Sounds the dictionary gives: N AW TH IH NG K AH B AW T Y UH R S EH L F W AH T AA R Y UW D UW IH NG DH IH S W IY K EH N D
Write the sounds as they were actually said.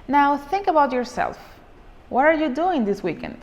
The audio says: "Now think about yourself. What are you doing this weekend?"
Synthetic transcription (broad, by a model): N AW TH IH NG K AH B AW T Y UH R S EH L F W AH T AA R Y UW D UW IH NG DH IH S W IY K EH N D